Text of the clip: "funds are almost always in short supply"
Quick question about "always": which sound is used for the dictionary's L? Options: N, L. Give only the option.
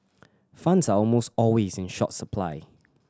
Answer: L